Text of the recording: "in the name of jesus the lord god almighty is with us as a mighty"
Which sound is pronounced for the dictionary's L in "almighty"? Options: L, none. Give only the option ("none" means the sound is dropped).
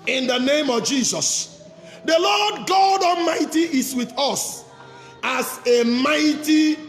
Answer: none